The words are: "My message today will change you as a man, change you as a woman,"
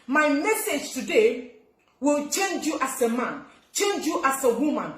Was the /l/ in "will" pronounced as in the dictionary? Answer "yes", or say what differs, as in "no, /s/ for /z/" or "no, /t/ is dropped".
yes